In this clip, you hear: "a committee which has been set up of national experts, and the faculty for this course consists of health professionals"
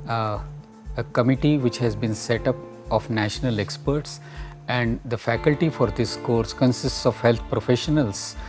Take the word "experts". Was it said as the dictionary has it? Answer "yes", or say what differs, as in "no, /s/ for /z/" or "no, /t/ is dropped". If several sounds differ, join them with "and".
yes